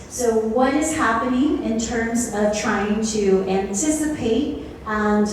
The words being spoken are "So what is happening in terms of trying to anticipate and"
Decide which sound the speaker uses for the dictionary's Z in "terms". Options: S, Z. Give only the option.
Z